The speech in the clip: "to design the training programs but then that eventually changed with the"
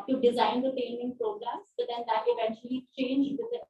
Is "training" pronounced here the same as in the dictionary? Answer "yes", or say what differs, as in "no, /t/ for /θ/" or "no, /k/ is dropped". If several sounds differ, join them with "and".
no, /ɹ/ is dropped